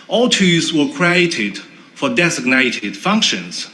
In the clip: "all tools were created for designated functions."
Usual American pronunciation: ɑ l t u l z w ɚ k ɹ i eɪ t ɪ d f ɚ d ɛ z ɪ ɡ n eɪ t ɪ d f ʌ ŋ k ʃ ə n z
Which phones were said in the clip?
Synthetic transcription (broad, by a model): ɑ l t u z w ɚ k ɹ i eɪ t ɪ d f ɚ d ɛ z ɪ ɡ n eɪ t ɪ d f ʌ ŋ k ʃ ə n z